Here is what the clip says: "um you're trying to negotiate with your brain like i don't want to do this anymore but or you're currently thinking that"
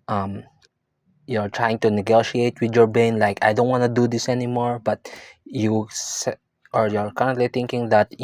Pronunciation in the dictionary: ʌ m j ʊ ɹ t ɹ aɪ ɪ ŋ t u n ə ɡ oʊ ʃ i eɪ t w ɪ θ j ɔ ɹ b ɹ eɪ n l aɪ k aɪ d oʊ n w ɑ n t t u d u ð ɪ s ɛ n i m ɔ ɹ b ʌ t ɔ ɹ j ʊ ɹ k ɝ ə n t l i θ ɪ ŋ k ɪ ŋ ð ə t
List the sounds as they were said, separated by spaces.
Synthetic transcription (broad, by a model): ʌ m j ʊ ɹ t ɹ aɪ ɪ ŋ t u n ə ɡ oʊ ʃ i eɪ t w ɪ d j ɔ ɹ b eɪ n l aɪ k aɪ d oʊ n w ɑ n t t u d u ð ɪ s ɛ n i m ɔ ɹ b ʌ t ɔ ɹ j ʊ ɹ k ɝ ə n t l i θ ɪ ŋ k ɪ ŋ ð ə t